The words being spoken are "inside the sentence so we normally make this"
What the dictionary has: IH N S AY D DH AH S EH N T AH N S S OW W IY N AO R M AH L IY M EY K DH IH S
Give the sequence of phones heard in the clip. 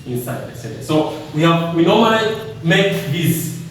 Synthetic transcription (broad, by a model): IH N S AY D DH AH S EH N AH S S OW W IY N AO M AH IY M EY K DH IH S